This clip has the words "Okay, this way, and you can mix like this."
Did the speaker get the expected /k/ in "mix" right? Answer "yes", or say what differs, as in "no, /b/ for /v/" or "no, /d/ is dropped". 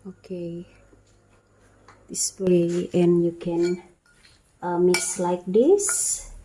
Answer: no, /k/ is dropped